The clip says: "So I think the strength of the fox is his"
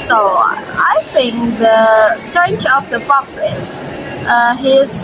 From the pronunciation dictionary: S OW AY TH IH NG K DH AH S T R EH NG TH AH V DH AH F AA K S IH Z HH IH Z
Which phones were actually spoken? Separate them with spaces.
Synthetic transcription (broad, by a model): S OW AY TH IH NG K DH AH S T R EH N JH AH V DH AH P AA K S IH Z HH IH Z